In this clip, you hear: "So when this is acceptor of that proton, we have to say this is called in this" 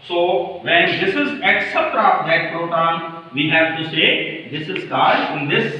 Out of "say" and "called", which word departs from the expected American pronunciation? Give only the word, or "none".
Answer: called